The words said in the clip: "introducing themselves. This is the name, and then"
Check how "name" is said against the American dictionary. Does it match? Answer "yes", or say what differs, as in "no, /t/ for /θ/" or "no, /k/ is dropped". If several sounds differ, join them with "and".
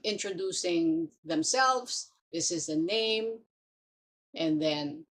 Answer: yes